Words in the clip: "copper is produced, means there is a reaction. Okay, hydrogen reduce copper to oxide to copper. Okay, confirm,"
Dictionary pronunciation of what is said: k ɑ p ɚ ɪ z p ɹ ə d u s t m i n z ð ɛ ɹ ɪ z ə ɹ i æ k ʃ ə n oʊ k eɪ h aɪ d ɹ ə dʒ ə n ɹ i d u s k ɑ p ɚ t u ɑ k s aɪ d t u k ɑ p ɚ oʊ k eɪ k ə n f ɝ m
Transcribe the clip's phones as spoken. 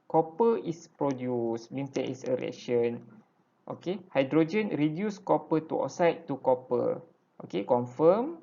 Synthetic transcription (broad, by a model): k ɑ p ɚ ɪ s p ɹ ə d u s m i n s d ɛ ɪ s ə ɹ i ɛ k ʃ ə n oʊ k eɪ h aɪ d ɹ ə dʒ ə n ɹ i d u s k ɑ p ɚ t u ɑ s aɪ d t u k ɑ p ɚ oʊ k eɪ k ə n f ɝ m